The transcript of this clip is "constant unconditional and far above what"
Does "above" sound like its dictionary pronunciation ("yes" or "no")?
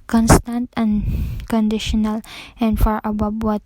no